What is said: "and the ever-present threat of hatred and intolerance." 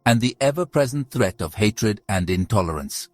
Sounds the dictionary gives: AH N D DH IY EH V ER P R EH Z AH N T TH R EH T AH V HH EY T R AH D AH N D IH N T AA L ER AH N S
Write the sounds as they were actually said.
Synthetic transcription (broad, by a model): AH N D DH IY EH V ER P R EH Z AH N T TH R EH T AH V HH EY T R AH D AH N D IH N T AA L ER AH N S